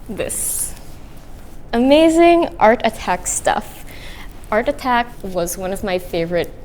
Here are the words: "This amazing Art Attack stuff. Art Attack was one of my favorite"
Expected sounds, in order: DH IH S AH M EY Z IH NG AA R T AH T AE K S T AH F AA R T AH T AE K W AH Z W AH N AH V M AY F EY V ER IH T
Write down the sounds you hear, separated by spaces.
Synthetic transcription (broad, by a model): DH IH S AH M EY Z IH NG AA R T AH T AE K S T AH F AA R T AH T AE K W AH Z W AH N AH V M AY F EY V ER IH T